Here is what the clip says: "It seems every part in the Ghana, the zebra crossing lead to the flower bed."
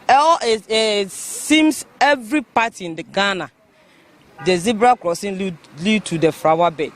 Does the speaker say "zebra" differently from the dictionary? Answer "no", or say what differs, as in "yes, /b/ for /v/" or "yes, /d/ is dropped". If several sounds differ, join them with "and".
no